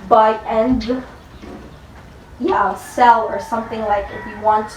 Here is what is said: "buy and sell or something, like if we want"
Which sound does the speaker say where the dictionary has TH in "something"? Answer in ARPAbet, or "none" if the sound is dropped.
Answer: TH